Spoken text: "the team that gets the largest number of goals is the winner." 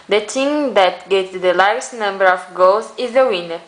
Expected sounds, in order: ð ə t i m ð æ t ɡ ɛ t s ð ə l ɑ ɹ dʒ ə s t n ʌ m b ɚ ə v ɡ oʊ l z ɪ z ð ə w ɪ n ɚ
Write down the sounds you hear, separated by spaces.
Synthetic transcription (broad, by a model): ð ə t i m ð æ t ɡ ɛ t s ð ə l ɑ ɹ ə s n ʌ m b ɚ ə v ɡ oʊ l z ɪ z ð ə w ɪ n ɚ